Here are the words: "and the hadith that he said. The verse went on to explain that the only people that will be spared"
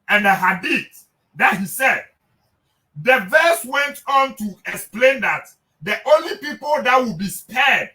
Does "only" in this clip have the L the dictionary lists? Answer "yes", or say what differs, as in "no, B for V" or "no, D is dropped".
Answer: yes